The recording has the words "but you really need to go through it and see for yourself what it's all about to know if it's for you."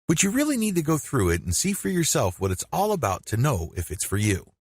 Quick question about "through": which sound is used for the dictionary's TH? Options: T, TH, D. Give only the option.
TH